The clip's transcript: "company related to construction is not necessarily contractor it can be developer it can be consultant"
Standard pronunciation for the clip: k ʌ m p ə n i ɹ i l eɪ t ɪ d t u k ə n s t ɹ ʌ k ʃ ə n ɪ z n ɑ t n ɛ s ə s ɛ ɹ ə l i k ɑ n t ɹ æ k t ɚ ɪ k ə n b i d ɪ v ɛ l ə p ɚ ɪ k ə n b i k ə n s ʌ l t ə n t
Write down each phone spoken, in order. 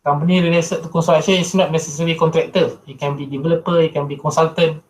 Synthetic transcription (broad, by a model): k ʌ m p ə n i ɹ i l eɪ s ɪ t u k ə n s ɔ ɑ ʃ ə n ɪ s n ɑ t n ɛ s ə s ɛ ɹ i k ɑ n t ɹ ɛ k t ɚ ɪ k ə n b i d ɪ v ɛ l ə p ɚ ɪ k ə n b i k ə n s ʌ l t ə n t